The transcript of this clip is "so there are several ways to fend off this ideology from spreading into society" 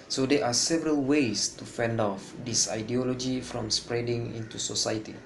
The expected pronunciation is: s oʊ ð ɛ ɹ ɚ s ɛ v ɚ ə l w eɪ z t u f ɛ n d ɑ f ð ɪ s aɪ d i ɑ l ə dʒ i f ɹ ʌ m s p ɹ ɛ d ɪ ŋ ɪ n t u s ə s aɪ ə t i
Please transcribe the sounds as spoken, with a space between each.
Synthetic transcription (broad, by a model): s oʊ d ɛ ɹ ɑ s ɛ v ɚ ə l w eɪ s t u f ɛ n d ɑ f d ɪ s aɪ d i ɑ l ə dʒ i f ɹ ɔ m s p ɹ ɛ d ɪ ŋ ɪ n t u s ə s aɪ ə t i